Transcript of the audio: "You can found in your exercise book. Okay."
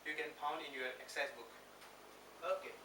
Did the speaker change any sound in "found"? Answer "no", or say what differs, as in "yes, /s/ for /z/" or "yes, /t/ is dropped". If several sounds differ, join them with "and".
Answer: yes, /p/ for /f/